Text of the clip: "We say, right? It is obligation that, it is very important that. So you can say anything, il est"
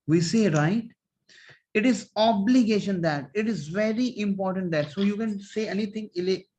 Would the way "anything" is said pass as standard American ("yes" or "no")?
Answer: no